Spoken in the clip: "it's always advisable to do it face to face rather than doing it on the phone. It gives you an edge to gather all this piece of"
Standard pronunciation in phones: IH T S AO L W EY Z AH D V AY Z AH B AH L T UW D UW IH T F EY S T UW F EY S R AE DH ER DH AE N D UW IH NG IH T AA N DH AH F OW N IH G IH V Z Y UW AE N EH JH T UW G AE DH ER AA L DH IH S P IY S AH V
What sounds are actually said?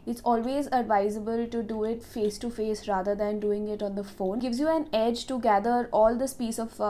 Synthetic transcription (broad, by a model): IH T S AO L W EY Z AH D V AY Z AH B AH L T UW D UW IH T F EY S T UW F EY S R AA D ER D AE N D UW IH NG IH T AA N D AH F OW N G IH V Z Y UW AE N EH JH T UW G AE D ER AA L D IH S P IY S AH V